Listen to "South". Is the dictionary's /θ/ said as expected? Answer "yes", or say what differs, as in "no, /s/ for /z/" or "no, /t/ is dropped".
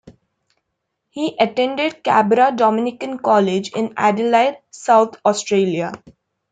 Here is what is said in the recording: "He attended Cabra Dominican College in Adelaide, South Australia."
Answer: no, /t/ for /θ/